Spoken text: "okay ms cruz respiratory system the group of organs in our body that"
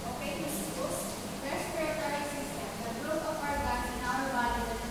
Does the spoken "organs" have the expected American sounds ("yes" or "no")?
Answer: no